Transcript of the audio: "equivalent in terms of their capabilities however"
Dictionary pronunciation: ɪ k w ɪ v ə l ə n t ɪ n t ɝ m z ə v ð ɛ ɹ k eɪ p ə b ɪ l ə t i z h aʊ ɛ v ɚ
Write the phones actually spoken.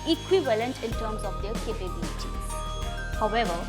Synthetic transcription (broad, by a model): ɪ k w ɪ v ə l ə n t ɪ n t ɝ m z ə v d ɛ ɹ k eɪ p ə b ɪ l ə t i h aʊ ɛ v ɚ